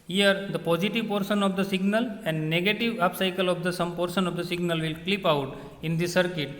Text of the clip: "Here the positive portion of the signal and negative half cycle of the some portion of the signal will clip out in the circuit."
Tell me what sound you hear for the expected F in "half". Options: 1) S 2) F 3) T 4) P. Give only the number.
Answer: 4